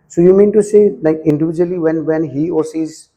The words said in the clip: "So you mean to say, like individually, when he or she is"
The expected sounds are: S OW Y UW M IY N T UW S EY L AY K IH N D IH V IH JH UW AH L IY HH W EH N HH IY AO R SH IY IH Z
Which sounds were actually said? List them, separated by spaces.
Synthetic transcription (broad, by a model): S OW Y UW M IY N T UW S EY L AY K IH N D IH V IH JH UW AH L IY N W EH N HH IY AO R S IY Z